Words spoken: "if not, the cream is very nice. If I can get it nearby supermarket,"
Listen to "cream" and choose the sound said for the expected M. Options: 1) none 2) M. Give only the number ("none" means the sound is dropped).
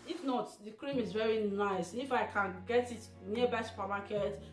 2